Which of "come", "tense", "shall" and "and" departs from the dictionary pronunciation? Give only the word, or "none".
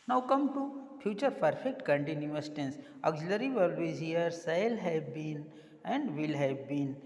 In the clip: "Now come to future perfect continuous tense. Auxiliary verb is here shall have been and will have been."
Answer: shall